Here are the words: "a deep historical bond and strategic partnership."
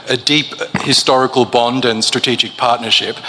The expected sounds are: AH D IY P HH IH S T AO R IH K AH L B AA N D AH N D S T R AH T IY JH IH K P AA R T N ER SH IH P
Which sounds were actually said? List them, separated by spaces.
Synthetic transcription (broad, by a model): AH D IY P HH IH S T AO R IH K AH L B AA N D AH N S T R AH T IY JH IH K P AA R T N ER SH IH P